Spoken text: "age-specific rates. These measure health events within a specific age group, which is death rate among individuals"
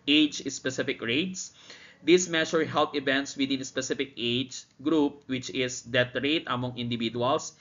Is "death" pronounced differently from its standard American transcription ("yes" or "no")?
yes